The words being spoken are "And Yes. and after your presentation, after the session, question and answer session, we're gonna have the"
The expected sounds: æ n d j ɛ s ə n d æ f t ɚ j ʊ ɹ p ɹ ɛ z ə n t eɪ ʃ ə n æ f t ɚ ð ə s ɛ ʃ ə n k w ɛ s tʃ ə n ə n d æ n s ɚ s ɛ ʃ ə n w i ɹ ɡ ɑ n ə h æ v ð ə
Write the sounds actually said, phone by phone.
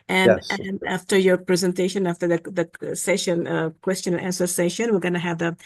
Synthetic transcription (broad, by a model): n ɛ ə n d æ f t ɚ j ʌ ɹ p ɹ ɛ z ə n t eɪ ʃ ə n æ f t ɚ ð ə s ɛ ʃ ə n k w ɛ s tʃ ə n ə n æ n s ɚ s ɛ ʃ ə n w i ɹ ɡ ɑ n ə h æ v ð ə